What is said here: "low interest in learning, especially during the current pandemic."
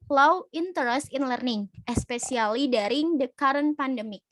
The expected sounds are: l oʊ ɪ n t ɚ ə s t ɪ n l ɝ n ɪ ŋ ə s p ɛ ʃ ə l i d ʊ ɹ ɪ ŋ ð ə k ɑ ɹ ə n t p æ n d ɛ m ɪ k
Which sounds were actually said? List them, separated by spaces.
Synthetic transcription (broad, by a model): l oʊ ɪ n t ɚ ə s t ɪ n l ɝ n ɪ ŋ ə s p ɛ s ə l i d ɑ ɹ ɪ ŋ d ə k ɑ ɹ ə n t p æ n d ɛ m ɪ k